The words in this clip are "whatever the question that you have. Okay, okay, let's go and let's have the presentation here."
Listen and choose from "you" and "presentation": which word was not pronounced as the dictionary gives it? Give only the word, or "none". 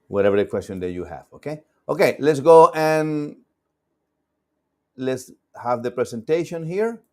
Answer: presentation